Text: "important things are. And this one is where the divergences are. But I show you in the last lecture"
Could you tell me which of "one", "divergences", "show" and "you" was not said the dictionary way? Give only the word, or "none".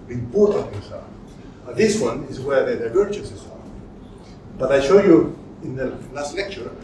divergences